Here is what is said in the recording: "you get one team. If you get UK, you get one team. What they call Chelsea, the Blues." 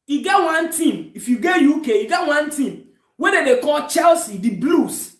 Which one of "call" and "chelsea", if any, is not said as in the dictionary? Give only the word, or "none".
none